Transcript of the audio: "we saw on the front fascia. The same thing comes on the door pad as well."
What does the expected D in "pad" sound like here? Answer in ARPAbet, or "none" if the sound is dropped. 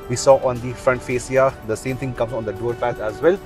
none